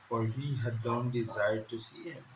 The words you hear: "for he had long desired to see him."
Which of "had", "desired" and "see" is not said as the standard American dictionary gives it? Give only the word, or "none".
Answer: none